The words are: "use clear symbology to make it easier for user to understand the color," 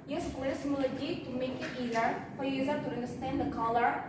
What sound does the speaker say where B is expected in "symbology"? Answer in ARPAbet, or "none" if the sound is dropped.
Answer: none